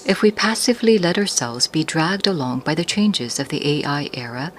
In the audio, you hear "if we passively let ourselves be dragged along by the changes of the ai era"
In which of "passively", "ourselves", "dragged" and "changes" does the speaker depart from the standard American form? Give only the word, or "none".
none